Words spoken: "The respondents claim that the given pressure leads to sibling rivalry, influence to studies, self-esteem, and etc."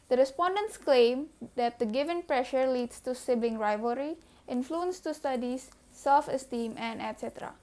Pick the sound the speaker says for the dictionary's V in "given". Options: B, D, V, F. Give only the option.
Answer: V